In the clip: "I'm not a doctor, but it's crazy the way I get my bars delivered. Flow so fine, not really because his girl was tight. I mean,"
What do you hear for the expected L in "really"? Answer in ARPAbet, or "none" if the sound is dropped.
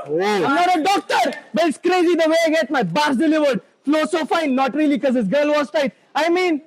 none